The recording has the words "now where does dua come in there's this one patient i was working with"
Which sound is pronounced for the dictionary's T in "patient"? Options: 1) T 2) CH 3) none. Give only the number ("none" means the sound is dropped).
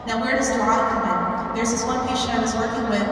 3